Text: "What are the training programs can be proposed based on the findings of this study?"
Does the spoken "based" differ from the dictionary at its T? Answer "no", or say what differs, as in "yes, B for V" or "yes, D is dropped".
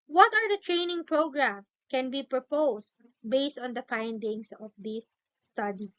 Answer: no